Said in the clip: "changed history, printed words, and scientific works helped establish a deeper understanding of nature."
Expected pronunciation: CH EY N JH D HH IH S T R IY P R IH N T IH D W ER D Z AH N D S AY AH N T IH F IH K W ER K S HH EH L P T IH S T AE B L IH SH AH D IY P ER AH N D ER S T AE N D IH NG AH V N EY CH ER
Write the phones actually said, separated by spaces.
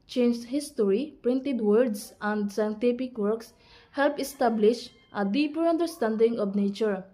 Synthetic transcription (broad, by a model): CH EY N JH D HH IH S T R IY P R IH N T IH D W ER D S AH N D S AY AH N T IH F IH K W ER K S HH EH L P IH S T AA B L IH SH AH D IY P ER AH N D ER S T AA N D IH NG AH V N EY CH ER